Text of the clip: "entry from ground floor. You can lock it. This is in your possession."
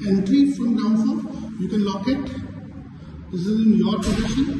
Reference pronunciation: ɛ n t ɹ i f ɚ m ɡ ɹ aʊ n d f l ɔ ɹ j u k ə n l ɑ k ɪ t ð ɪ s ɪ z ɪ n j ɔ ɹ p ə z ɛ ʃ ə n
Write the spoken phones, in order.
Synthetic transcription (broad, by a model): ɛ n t ɹ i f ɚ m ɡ aʊ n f ɔ j u k ə n l ɑ k ɪ t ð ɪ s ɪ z ɪ n j ɔ ɹ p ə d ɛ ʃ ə n